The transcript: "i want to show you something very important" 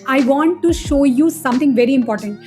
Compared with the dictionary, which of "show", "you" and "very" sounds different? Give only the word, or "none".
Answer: none